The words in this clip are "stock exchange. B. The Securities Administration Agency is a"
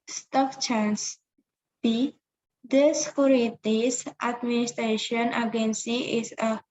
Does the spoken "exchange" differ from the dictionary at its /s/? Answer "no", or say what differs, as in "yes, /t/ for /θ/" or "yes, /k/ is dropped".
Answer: yes, /s/ is dropped